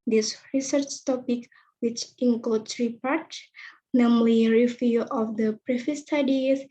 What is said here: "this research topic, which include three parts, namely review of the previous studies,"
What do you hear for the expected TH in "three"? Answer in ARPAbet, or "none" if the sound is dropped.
S